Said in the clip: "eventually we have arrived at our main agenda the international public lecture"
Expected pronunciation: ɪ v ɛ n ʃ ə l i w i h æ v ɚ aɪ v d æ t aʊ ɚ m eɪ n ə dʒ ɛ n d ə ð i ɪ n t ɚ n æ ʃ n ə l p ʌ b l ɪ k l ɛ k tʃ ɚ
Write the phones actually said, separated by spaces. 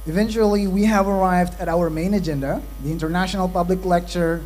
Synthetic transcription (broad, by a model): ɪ v ɛ n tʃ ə l i w i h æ v ɚ aɪ v d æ t aʊ ɚ m eɪ n ə dʒ ɛ n d ə ð i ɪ n t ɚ n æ ʃ n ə l p ʌ b l ɪ k l ɛ k tʃ ɚ